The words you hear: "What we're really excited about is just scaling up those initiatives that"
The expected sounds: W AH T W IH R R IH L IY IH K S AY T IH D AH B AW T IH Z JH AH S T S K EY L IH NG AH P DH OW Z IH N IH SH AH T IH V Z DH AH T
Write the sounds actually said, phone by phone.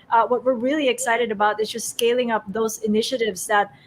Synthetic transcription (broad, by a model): W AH T W IH R R IH L IY IH K S AY T IH D AH B AW T IH Z JH AH S T S K EY L IH NG AH P DH OW Z IH N IH SH AH T IH V Z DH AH T